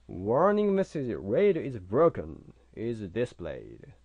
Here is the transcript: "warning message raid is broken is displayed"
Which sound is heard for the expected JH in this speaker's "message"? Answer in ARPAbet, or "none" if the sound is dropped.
Z